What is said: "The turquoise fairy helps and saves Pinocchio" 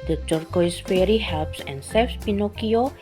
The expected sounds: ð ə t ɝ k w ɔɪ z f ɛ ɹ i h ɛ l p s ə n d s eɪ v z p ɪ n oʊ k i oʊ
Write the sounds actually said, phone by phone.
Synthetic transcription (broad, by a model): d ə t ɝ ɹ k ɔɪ s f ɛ ɹ i h ɛ l p s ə n s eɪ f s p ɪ n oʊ k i oʊ